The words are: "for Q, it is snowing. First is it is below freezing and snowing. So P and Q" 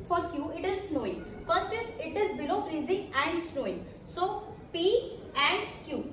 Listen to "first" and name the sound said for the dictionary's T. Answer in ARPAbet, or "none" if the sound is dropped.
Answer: none